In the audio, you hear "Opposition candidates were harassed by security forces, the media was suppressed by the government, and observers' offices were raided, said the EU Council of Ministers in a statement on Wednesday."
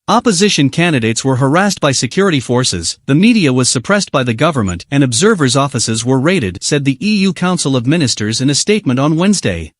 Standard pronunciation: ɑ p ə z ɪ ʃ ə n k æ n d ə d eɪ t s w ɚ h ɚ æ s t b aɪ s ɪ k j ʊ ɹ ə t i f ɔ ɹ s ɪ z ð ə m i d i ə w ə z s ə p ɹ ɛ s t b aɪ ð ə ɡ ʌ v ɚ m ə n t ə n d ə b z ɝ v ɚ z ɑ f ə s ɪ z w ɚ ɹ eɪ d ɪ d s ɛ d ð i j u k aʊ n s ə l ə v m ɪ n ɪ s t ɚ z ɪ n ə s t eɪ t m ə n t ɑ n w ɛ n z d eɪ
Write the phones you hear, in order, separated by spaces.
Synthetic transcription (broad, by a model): ɑ p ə z ɪ ʃ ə n k æ n d ə d eɪ t s w ɚ h ɚ æ s t b aɪ s ɪ k j ʊ ɹ ə t i f ɔ ɹ s ɪ z ð ə m i d i ə w ə z s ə p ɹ ɛ s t b aɪ ð ə ɡ ʌ v ɚ m ə n t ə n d ə b z ɝ v ɚ z ɑ f ə s ɪ z w ɚ ɹ eɪ d ɪ d s ɛ d ð i j u k aʊ n s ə l ə v m ɪ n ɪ s t ɚ z ɪ n ə s t eɪ t m ə n t n w ɛ n z d eɪ